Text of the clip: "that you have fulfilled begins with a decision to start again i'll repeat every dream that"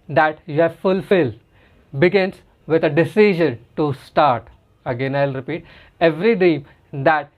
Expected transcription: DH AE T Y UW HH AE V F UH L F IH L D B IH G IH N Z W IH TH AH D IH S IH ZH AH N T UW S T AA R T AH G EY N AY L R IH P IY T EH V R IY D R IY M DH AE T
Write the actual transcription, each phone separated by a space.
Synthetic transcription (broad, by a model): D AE T Y UW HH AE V F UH L F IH L B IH G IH N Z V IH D AH D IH S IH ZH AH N T UW S T AA R T AH G EY N AY L R IH P IY T EH V R IY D IY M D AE T